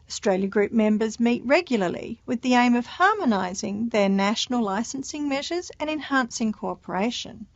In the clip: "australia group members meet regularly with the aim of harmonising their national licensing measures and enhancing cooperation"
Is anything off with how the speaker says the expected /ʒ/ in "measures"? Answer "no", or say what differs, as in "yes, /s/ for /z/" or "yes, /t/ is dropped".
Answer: no